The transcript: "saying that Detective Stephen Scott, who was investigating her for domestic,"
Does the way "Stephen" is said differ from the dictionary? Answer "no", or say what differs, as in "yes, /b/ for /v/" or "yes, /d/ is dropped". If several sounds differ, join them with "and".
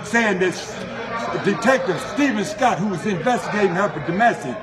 no